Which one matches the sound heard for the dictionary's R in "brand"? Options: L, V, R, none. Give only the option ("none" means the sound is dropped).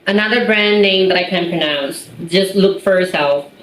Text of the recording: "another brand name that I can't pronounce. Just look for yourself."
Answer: R